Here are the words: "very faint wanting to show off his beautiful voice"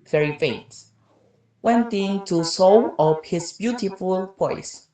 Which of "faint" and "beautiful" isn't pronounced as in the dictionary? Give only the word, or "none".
faint